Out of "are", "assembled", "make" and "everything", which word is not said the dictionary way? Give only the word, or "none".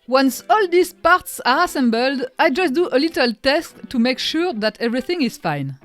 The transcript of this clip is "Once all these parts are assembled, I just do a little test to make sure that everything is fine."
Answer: none